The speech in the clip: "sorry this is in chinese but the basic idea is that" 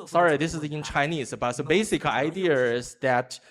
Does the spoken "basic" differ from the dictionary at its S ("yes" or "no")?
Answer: no